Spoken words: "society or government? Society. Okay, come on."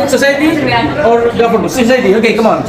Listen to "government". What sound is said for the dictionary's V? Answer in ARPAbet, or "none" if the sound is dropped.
P